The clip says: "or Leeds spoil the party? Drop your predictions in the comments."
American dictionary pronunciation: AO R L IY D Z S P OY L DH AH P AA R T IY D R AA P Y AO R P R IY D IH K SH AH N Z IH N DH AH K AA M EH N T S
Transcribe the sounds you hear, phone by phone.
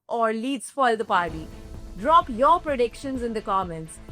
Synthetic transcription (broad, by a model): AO R L IY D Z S F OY L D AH P AA R T IY D R AA P Y AO R P R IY D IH K SH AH N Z IH N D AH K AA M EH N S